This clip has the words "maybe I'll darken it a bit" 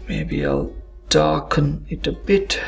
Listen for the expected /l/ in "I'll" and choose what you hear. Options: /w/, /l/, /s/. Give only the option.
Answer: /l/